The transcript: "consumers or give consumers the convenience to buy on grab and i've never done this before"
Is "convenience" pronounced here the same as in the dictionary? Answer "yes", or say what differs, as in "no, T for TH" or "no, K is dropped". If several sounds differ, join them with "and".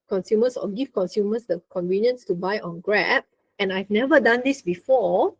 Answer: yes